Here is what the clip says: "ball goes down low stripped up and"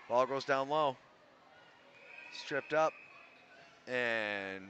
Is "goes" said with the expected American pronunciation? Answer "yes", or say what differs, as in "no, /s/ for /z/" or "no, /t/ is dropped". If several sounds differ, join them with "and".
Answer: yes